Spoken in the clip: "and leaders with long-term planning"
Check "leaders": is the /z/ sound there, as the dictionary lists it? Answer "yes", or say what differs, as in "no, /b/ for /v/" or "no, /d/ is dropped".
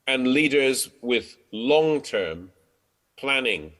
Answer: yes